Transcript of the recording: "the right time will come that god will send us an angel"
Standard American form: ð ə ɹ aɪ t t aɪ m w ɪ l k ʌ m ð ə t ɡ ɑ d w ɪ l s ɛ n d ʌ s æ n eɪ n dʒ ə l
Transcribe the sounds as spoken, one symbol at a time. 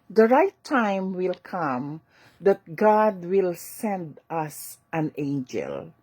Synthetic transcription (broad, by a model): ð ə ɹ aɪ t t aɪ m w ɪ l k ʌ m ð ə t ɡ ɑ d w ɪ l s ɛ n d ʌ s æ n eɪ n dʒ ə l